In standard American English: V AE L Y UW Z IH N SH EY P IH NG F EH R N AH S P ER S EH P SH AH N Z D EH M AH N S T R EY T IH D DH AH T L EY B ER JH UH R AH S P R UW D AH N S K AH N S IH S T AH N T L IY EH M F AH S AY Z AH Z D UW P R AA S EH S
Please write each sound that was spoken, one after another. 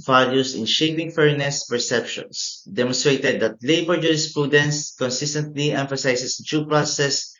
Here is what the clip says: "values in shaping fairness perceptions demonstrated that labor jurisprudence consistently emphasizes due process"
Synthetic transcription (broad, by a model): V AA L Y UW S IH N SH EY P IH NG F EH R N AH S P ER S EH P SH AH N S D EH M AH N S T R EY T IH D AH T L EY B ER JH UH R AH S P R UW D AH N S K AH N S IH S T AH N T L IY EH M F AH S AY S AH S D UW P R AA S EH S